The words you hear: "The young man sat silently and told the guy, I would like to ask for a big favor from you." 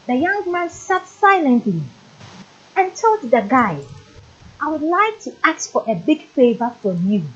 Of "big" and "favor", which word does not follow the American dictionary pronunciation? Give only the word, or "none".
none